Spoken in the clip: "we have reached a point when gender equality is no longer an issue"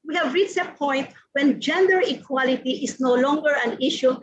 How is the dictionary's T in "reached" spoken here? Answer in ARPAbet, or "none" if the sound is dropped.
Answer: none